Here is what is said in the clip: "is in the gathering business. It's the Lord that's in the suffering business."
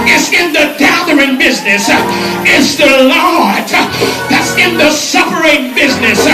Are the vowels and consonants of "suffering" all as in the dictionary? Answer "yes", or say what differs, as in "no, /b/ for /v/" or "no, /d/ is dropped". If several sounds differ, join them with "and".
no, /p/ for /f/